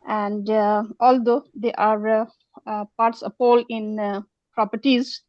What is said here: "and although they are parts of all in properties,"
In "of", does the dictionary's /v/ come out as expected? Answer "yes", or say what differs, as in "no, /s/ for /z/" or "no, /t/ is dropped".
no, /p/ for /v/